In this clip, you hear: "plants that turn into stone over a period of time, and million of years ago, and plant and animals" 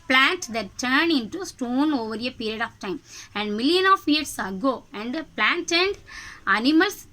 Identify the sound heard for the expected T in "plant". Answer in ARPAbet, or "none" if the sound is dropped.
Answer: T